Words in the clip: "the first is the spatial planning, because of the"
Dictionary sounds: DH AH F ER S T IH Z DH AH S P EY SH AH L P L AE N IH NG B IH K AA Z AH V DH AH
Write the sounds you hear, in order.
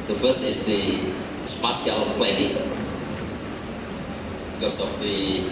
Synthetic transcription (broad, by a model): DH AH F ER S IH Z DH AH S P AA S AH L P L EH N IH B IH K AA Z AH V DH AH